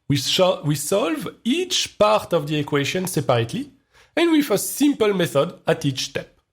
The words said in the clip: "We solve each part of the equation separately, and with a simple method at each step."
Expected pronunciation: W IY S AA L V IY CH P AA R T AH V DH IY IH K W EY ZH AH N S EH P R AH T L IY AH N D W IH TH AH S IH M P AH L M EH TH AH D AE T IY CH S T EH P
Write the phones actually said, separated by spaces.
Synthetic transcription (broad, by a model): W IY S AA L V IY CH P AA R T AH V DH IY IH K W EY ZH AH N S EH P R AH T L IY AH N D W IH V AH S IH M P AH L M EH TH AH D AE T IY CH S T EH P